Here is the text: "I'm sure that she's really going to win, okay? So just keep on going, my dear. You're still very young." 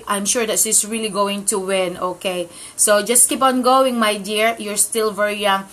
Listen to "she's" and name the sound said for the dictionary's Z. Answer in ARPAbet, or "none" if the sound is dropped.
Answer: S